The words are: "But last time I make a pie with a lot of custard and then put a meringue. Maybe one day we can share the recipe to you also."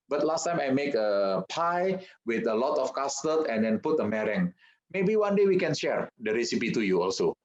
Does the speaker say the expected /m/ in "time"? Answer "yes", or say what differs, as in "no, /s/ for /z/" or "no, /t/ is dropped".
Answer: yes